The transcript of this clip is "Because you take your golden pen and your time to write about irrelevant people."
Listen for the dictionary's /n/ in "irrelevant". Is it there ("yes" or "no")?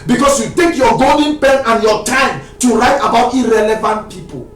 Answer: yes